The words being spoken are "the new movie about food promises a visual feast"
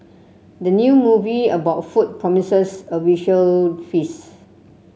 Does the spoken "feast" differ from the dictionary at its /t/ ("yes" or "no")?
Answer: yes